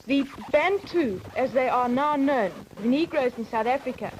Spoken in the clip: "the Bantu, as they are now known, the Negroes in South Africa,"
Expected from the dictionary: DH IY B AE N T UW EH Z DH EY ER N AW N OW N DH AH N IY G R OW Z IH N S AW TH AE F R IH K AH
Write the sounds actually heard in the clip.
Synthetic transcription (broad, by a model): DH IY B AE N T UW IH Z DH EY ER N AW N OW N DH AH N IY G R OW Z IH N S AW TH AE F R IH K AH